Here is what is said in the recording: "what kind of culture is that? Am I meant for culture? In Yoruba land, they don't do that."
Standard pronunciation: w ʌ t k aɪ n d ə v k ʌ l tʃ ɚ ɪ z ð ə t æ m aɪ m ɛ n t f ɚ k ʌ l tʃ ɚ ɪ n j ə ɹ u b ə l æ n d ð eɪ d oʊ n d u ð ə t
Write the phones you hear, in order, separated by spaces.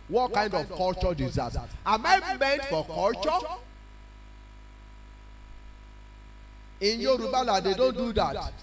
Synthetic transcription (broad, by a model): w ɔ t k aɪ n d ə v k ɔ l tʃ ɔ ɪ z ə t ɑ m aɪ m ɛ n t f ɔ k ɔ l tʃ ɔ ɪ n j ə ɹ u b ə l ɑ d eɪ d oʊ n d u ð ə t